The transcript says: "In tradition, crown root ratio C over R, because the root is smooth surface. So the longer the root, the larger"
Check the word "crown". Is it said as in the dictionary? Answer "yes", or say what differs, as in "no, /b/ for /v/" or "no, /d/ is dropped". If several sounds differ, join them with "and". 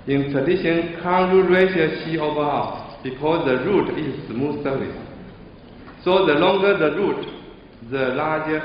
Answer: no, /ɹ/ is dropped